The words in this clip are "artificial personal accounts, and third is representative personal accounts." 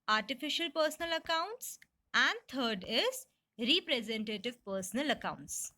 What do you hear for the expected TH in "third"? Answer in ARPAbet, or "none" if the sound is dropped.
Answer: T